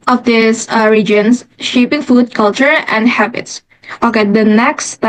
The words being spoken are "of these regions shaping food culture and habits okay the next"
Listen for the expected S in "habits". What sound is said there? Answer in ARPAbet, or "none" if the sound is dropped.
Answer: S